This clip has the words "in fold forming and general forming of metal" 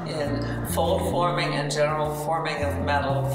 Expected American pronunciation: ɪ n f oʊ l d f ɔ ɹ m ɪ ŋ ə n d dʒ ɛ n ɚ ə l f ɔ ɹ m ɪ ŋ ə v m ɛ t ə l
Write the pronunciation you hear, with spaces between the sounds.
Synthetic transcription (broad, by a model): ɪ n f oʊ l d f ɔ ɹ m ɪ ŋ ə n dʒ ɛ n ɚ l f ɔ ɹ m ɪ ŋ ə v m ɛ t l